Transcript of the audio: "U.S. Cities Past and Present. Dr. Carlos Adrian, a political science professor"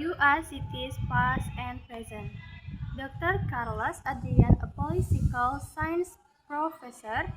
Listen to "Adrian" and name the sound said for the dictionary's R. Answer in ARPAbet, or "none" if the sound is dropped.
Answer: none